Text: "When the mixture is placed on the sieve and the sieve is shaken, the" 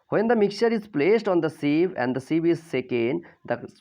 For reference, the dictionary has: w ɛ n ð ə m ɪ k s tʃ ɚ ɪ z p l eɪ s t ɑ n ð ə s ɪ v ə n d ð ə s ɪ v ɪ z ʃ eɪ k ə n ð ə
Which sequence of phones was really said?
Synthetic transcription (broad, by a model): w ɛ n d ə m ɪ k tʃ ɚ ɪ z p l eɪ s t ɑ n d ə s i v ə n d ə s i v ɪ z s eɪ k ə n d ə